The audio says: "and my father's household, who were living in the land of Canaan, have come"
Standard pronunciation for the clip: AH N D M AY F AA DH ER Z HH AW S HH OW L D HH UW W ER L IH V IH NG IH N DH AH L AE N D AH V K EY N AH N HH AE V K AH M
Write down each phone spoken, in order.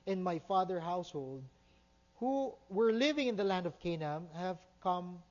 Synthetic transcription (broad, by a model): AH N M AY F AA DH ER HH AW S HH OW L D HH UW W ER L IH V IH NG IH N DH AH L AE N D AH V K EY N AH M HH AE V K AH M